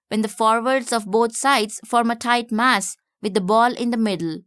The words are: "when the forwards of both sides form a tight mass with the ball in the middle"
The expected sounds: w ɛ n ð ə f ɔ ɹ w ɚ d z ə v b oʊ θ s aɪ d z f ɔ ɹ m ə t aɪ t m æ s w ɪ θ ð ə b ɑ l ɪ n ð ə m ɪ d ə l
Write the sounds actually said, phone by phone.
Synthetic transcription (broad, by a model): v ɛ n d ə f ɔ ɹ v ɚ d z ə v b oʊ t s aɪ d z f ɔ ɹ m ə t aɪ t m æ s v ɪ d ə b ɑ l ɪ n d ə m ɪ d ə l